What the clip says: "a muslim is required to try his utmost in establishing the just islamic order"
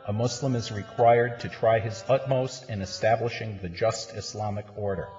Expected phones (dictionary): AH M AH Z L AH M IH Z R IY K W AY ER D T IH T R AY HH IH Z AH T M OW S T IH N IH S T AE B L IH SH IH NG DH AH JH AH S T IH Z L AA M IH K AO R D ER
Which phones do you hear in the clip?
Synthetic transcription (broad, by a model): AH M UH S L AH M IH Z R IY K W AY ER D T IH T R AY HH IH Z AH T M OW S T IH N IH S T AE B L IH SH IH NG DH AH JH AH S T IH S L AA M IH K AO R D ER